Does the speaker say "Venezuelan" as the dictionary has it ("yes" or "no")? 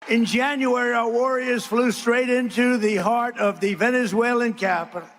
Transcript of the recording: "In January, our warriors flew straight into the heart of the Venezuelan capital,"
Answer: yes